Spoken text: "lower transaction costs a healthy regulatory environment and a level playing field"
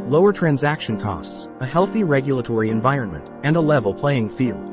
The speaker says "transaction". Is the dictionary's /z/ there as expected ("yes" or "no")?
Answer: yes